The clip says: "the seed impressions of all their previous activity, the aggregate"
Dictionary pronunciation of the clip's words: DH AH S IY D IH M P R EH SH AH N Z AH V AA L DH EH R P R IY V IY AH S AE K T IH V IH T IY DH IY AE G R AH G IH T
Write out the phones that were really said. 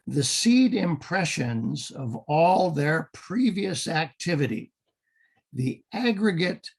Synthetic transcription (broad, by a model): DH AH S IY D IH M P R EH SH AH N Z AH V AA L DH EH R P R IY V IY AH S AE K T IH V IH T IY DH IY AE G R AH G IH T